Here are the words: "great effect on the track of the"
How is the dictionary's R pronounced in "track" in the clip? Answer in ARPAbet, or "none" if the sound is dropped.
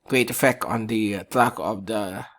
L